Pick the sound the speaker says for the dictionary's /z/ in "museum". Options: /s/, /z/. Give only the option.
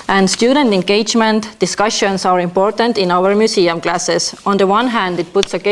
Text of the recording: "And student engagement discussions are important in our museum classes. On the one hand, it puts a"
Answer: /s/